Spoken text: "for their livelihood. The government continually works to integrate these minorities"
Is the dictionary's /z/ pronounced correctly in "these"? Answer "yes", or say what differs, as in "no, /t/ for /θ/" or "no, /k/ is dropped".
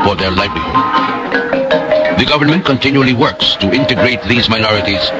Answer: yes